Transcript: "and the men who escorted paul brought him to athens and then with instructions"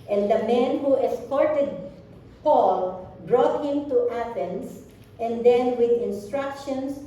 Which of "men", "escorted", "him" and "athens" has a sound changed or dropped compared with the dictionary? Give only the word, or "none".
athens